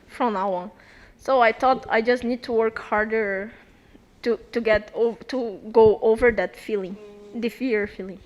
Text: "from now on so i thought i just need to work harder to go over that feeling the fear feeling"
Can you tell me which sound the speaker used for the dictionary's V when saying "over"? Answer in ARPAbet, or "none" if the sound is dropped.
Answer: V